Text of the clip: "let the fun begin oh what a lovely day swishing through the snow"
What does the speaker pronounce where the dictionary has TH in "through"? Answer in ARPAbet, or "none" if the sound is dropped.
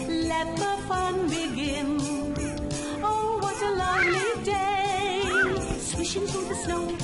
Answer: F